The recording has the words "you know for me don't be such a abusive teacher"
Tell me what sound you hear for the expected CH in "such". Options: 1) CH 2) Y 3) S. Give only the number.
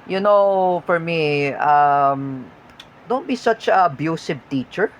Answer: 1